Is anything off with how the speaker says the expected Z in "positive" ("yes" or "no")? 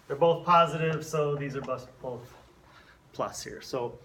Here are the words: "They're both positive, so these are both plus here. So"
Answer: no